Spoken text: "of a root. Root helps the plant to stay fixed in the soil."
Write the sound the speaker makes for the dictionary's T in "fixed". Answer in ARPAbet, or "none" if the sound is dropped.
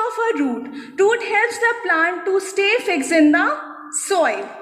none